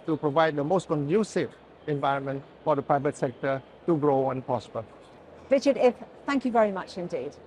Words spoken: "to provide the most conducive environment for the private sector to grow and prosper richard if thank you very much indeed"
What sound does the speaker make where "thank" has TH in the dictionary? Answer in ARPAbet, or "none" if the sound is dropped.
TH